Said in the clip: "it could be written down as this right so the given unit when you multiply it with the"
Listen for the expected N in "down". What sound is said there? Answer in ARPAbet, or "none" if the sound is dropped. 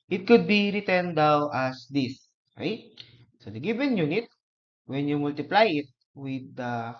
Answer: none